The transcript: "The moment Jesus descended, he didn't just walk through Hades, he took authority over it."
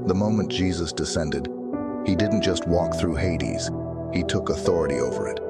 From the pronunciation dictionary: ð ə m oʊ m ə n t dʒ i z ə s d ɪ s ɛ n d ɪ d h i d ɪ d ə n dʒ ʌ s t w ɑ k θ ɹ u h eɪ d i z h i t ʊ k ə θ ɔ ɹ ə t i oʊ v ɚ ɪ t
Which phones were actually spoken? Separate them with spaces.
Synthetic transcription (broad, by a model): ð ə m oʊ m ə n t dʒ i z ə s d ɪ s ɛ n d ɪ d h i d ɪ d n dʒ ʌ s t w ɑ k θ ɹ u h eɪ d i z h i t ʊ k ə θ ɔ ɹ ə t i oʊ v ɚ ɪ t